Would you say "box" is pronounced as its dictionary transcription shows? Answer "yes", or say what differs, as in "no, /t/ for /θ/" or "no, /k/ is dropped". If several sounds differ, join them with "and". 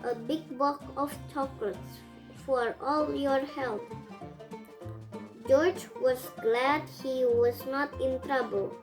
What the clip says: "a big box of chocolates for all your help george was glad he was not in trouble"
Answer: no, /s/ is dropped